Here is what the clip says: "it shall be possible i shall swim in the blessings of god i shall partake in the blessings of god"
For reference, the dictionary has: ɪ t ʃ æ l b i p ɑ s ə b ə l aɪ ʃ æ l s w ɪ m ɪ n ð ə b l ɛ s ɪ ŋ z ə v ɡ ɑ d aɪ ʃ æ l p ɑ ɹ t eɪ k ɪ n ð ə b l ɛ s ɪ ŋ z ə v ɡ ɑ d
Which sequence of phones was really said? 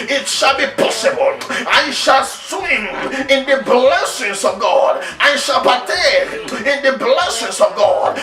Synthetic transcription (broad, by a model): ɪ t ʃ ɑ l b i p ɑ s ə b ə l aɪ ʃ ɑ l s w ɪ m ɪ n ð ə b l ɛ s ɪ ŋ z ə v ɡ ɑ d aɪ ʃ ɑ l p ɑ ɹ t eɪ ɪ n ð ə b l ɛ s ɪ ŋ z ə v ɡ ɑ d